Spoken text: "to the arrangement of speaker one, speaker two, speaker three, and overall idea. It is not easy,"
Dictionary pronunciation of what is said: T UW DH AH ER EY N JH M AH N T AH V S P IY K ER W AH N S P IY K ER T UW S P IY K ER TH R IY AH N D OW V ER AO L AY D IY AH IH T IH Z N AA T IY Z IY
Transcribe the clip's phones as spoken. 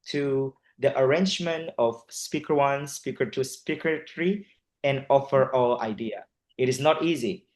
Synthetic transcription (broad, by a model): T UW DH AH ER EY N JH M AH N T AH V S P IY K ER W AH N S P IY K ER T UW S P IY K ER T R IY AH N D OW F ER AO L AY D IY AH IH T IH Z N AA T IY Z IY